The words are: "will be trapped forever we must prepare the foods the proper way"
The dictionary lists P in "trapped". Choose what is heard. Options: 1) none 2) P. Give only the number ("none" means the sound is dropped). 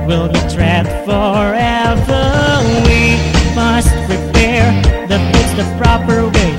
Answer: 1